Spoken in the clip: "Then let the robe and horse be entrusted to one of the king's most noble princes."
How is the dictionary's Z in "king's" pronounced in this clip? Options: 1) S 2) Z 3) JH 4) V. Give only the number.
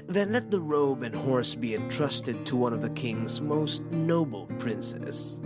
2